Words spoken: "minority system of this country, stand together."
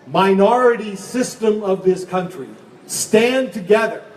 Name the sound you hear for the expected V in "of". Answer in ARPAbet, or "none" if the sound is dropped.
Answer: V